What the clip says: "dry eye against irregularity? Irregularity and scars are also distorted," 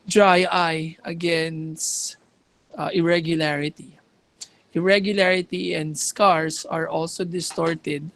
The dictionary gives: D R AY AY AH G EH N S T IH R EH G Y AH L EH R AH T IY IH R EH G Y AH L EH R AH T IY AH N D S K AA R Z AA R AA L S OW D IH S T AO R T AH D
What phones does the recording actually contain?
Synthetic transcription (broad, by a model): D R AY AY AH G EH N S T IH R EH G Y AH L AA R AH T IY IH R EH G Y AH L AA R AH T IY AH N D S K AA R S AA R AA L S OW D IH S T AO R T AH D